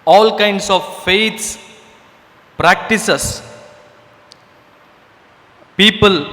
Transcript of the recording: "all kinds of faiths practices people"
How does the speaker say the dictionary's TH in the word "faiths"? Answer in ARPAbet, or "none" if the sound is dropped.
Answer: T